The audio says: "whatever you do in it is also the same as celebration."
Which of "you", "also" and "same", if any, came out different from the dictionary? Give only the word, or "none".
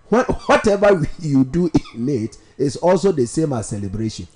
none